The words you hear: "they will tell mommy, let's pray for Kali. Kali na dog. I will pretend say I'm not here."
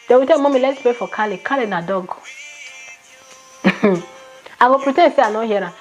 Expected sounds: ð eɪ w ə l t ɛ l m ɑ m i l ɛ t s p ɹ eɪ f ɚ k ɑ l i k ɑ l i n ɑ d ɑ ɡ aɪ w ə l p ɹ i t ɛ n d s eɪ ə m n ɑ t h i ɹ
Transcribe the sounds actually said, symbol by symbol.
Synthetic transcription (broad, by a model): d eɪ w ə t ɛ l m ɑ m i l ɛ t s p ɹ eɪ f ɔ k ɑ l i k ɑ l i n ɑ d ɑ ɡ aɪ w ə p ɹ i t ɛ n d s eɪ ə n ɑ h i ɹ